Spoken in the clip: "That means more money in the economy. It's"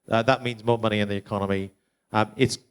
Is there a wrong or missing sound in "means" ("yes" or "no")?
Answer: no